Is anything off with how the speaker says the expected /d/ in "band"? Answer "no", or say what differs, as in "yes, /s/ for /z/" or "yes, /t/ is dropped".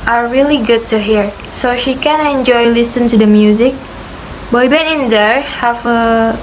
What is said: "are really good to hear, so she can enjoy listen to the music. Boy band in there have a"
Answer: yes, /d/ is dropped